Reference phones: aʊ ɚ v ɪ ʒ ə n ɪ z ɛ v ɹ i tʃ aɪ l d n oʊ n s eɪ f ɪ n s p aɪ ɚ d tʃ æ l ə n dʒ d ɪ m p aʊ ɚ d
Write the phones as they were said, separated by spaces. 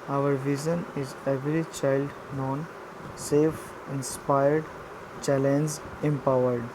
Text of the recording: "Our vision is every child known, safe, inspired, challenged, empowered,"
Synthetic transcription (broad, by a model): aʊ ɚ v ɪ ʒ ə n ɪ z ɛ v ɹ i tʃ aɪ l d n oʊ n s eɪ f ɪ n s p aɪ ɚ d tʃ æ l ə n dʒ ɪ m p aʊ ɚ d